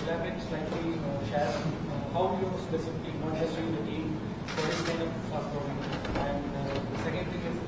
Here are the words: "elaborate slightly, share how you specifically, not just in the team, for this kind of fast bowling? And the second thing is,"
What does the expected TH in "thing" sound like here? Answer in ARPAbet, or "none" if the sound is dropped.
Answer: T